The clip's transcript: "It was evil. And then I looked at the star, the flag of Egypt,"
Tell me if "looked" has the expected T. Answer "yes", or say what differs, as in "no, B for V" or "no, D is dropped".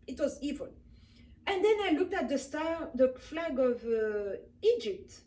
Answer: yes